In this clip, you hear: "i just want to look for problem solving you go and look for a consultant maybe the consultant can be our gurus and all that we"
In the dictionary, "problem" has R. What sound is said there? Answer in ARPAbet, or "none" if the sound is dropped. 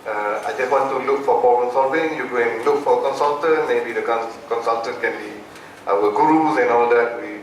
none